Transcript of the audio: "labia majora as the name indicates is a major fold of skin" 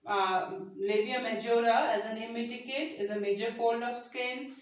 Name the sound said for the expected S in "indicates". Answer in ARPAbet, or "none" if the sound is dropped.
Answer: none